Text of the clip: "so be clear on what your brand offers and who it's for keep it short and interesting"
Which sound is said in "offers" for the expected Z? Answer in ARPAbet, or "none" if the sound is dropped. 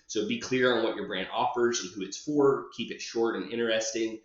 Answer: Z